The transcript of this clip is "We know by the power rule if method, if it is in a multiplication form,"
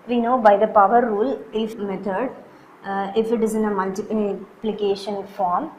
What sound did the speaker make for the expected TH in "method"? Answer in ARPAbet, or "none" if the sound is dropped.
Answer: T